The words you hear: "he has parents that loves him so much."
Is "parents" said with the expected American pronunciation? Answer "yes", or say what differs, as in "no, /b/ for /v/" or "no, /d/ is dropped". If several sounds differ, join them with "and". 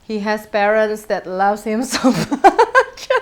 yes